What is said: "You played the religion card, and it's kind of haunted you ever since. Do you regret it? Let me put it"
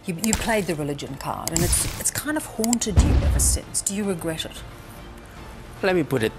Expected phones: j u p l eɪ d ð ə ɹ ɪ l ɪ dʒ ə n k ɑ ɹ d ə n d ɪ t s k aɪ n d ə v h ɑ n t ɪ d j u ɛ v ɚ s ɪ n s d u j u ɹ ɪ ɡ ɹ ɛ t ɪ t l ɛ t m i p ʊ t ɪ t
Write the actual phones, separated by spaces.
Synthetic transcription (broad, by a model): j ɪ p l eɪ d ð ə ɹ ɪ l ɪ dʒ ə n k ɑ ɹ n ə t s ɪ t s k aɪ n d ə v h ɑ n t ɪ d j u ɛ v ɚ s ɪ n s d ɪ j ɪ ɹ ɪ ɡ ɹ ɛ t ɪ t l ɛ t m i p ʊ t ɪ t